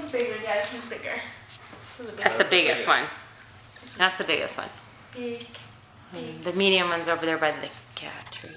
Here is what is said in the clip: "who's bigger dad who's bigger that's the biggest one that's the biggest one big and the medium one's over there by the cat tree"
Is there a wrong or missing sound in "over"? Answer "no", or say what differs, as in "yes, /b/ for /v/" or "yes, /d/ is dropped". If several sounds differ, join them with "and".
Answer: no